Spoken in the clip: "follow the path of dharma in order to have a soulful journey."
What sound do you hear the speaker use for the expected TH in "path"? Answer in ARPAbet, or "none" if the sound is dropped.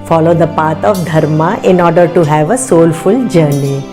T